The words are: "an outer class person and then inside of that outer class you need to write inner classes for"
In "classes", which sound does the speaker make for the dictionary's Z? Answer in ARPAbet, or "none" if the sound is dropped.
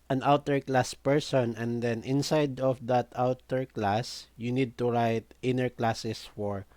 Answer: S